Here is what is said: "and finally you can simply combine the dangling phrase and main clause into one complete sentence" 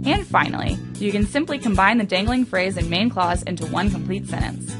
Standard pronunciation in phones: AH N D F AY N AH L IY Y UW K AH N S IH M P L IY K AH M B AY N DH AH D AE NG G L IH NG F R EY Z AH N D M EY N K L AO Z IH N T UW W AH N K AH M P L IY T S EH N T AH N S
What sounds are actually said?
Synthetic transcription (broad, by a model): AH N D F AY N L IY Y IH K AH N S IH M P L IY K AH M B AY N DH AH D AE NG G L IH NG F R EY Z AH N M EY N K L AO Z IH N T UW W AH N K AH M P L IY T S EH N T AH N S